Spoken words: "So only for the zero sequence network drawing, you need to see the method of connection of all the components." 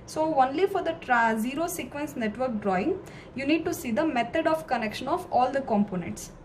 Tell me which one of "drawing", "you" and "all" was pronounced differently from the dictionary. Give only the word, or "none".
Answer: none